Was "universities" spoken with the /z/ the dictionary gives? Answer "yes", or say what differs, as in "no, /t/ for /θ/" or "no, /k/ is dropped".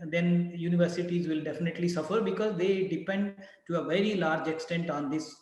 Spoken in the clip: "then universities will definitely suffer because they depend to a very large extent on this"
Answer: yes